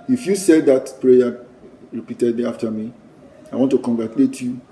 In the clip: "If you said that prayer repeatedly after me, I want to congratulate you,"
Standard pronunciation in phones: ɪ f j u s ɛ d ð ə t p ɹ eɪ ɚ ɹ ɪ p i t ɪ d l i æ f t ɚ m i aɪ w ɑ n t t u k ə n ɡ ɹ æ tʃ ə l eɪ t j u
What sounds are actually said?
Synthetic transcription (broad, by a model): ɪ f j u s ɛ d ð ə t p ɹ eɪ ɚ ɹ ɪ p i t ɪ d i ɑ f t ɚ m i aɪ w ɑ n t t u k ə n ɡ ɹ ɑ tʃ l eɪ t j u